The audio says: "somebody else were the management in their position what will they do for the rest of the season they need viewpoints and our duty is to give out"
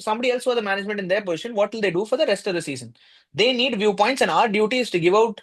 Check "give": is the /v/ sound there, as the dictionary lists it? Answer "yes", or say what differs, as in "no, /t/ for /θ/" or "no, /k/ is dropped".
yes